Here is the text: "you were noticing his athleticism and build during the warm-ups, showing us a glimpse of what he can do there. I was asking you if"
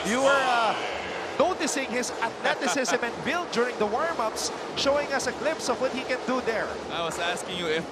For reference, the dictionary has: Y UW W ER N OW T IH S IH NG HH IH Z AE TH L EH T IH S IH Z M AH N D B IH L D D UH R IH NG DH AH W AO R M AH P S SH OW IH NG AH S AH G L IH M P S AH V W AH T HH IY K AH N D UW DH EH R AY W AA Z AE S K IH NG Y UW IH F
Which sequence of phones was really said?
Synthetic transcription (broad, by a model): Y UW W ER N OW T IH S IH NG HH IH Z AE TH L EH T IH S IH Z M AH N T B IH L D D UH R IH NG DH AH W AO R M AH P S SH OW IH NG AH S AH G L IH P S AH V W AH T HH IY K AH N D UW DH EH R AY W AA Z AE S K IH NG Y UW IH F